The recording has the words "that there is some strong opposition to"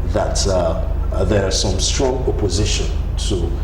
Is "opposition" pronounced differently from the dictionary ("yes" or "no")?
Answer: no